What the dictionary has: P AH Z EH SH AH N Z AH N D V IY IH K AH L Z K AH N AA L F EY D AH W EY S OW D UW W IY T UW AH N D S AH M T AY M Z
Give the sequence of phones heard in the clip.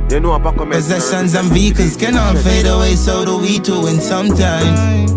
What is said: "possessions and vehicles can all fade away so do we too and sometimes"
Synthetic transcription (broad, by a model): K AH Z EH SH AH N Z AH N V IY K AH Z K AH N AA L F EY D AH W EY S OW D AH W IY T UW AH N S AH M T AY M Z